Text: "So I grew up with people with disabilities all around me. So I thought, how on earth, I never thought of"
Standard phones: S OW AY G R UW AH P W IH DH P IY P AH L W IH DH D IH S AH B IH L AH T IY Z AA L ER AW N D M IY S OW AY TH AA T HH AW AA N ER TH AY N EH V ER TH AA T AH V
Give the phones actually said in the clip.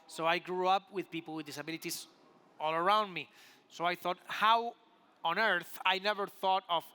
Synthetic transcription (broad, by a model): S OW AY G R UW AH P W IH DH P IY P L W IH DH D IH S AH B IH L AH T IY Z AA L ER AW N D M IY S OW AY TH AA T HH AW AA N ER TH AY N EH V ER TH AA T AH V